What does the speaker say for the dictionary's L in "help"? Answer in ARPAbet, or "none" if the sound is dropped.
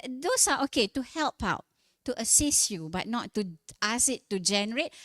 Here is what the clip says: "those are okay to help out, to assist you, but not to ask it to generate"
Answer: L